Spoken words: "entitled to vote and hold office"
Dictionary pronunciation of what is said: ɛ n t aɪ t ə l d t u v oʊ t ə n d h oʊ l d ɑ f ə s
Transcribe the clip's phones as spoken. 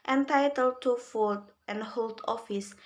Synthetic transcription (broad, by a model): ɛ n t aɪ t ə l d t u f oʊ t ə n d h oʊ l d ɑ f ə s